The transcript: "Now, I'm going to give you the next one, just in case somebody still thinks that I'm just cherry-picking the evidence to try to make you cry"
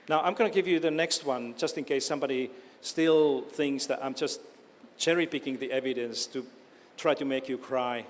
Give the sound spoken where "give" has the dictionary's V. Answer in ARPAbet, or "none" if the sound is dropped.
V